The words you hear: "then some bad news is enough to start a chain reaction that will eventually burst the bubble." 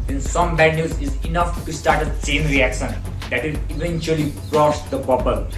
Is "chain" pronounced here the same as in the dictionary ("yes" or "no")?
no